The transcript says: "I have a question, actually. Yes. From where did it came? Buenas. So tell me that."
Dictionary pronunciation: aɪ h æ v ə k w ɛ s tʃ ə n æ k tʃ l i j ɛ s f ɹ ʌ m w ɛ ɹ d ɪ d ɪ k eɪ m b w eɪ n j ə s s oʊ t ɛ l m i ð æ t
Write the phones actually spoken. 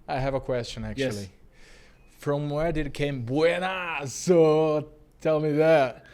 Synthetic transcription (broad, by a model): aɪ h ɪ v ə k w ɛ s tʃ ə n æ k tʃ i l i f ɹ ʌ m w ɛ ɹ d ɪ d ɪ k eɪ m b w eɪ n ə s s oʊ t ɛ l m i ð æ t